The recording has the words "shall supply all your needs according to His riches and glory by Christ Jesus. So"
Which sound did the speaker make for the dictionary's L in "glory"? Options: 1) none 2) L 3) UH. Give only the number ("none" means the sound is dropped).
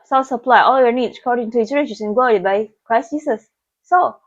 1